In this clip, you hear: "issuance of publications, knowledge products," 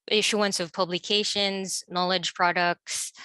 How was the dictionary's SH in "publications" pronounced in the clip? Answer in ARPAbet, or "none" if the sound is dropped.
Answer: SH